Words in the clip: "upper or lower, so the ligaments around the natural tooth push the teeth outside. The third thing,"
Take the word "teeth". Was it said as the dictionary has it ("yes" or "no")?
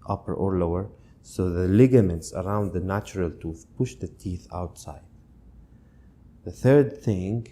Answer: yes